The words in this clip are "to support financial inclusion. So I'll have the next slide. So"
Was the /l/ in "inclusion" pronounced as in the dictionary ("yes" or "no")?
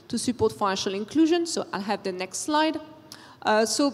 yes